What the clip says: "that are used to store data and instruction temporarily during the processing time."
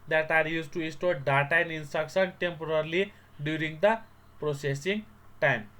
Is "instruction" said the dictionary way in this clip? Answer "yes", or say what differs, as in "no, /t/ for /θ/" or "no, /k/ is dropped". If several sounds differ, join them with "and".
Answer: no, /s/ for /ʃ/